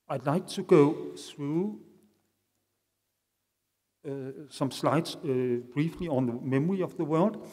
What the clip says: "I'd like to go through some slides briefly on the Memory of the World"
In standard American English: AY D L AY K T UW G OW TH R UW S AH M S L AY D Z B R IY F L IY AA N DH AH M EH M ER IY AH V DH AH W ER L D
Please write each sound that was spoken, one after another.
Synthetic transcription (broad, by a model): AY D L AY K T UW G OW TH R UW S AH M S L AY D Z B R IY F L IY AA N DH AH M EH M ER IY AH V DH AH W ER L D